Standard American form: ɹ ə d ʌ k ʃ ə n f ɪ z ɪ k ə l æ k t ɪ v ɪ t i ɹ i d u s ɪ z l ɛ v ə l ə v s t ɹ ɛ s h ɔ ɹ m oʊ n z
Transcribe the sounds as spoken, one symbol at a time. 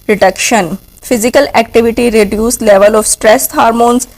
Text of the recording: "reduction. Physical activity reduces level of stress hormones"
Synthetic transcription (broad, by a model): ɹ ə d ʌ k ʃ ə n f ɪ z ɪ k ə l æ k t ɪ v ɪ t i ɹ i d u s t l ɛ v ə l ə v s t ɹ ɛ s h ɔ ɹ m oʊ n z